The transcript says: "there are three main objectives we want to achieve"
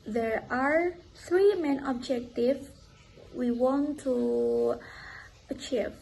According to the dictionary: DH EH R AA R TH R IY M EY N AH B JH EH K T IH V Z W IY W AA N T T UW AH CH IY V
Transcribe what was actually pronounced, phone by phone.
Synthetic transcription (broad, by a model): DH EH R AA R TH R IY M EY N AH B JH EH K T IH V W IY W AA N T T UW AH CH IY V